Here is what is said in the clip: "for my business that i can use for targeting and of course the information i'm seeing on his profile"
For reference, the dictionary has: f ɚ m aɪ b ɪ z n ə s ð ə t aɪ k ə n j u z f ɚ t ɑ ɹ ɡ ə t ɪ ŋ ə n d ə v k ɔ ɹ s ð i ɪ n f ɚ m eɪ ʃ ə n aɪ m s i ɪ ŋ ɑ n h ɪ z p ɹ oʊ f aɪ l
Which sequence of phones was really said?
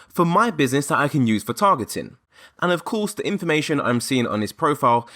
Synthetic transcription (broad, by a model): f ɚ m aɪ b ɪ z n ə s ð ə t aɪ k ə n j u z f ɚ t ɑ ɡ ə t ɪ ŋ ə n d ə v k ɔ s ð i ɪ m f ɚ m eɪ ʃ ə n aɪ m s i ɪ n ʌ n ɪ s p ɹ oʊ f aɪ l